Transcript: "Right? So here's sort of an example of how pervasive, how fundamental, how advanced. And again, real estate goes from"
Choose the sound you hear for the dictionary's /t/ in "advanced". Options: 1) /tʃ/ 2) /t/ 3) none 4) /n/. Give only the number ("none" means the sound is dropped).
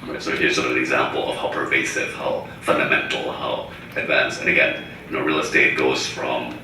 3